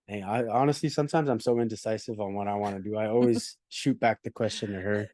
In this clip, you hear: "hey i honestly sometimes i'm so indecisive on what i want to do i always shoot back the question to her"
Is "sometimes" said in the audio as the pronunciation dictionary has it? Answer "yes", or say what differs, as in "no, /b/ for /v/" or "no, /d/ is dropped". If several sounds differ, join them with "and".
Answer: yes